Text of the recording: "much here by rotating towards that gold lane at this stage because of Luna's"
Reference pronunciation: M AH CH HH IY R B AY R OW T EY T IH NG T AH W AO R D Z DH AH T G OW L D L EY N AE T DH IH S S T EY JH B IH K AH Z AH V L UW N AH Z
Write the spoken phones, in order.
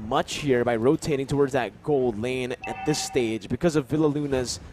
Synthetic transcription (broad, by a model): M AH CH HH IY R B AY R OW T EY T IH NG T AH W AO R D Z DH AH T G OW L D L EY N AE T DH IH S S T EY JH B IH K AH Z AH V L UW N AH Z